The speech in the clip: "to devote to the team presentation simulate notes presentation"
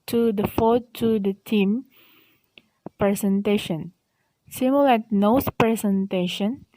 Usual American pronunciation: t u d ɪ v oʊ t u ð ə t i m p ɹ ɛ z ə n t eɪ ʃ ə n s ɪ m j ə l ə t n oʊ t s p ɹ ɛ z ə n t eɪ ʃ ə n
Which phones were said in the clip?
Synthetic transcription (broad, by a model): t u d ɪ f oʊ t u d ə t i m p ɹ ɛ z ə n t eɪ ʃ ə n s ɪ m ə l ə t n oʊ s p ɹ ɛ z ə n t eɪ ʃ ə n